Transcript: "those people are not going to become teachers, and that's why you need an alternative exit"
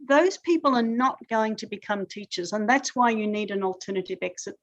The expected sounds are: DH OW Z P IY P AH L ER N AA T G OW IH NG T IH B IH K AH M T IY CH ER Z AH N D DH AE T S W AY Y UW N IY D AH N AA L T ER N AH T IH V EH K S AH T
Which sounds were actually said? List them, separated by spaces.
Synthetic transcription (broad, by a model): DH OW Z P IY P AH L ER N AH T G OW IH NG T IH B IH K AH M T IY CH ER Z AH N DH AE T S W AY Y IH N IY D AH N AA L T ER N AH T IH V EH K S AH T